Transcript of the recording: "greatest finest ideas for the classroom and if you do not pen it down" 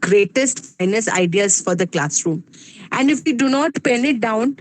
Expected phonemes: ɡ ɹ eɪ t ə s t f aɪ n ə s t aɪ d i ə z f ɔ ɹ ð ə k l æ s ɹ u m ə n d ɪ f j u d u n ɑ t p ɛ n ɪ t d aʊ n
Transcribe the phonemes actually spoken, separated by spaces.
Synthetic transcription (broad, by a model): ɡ ɹ eɪ t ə s t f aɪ n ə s aɪ d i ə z f ɔ ɹ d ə k l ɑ s ɹ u m ə n d ɪ f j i d u n ɑ t p ɛ n ɪ t d aʊ n